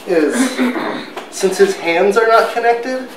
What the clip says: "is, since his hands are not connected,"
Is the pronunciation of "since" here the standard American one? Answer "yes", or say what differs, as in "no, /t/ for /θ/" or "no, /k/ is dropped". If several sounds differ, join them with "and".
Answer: yes